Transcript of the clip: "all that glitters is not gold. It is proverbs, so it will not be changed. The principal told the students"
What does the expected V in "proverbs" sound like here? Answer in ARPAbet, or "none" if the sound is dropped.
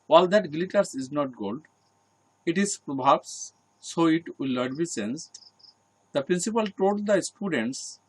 B